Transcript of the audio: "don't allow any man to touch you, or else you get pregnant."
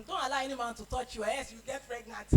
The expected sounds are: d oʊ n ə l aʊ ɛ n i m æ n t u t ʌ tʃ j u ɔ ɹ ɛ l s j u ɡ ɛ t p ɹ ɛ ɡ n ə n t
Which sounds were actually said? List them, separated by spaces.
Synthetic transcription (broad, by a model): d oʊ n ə l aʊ ɛ n i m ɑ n t u t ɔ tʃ j u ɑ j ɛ s j u ɡ ɛ t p ɹ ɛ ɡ n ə n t